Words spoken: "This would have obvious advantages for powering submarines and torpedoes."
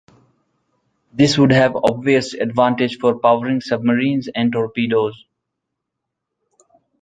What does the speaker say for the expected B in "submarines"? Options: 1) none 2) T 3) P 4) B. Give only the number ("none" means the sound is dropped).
4